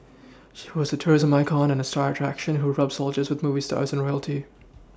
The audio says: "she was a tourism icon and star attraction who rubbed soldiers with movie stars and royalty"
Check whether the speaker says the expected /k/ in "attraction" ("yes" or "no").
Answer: yes